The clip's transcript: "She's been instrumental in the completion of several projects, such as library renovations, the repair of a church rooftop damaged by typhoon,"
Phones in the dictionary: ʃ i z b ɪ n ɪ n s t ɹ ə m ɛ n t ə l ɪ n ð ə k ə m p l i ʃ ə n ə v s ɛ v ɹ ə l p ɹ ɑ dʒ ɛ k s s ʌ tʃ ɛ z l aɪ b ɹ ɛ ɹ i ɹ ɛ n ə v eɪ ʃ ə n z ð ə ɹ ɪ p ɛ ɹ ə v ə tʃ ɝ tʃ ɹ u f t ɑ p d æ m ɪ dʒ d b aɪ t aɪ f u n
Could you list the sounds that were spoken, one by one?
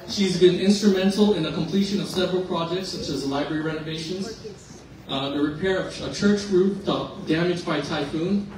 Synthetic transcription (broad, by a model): ʃ i z b ɪ n ɪ n s t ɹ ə m ɛ n t l ɪ n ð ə k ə m p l i ʃ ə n ə v s ɛ v ɹ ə l p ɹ ɑ dʒ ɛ k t s ʌ tʃ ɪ z l aɪ b ɹ ɛ ɹ i ɹ ɛ n ə v eɪ ʃ ə n z ð ə ɹ ɪ p ɛ ɹ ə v ə tʃ ɝ tʃ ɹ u t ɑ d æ m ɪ dʒ b aɪ t aɪ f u n